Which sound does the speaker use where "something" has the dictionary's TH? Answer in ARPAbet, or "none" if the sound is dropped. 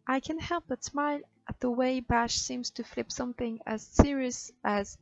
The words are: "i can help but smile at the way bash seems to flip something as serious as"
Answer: TH